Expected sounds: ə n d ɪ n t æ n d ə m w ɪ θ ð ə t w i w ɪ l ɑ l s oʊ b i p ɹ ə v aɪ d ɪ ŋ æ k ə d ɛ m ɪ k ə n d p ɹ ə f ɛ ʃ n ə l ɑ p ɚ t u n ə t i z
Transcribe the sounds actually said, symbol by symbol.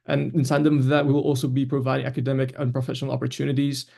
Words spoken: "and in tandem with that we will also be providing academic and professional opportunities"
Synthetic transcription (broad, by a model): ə n ɪ n s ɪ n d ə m ð ə t w i w ɪ l ɑ l s oʊ b i p ɹ ə v aɪ d ɪ ŋ æ k ə d ɛ m ɪ k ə n p ɹ ə f ɛ ʃ n ə l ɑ p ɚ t u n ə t i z